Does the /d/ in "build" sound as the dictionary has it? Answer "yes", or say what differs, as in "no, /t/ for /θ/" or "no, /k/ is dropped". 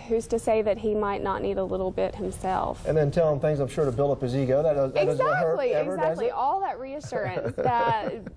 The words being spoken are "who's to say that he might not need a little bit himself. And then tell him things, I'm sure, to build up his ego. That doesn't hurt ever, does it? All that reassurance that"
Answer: no, /d/ is dropped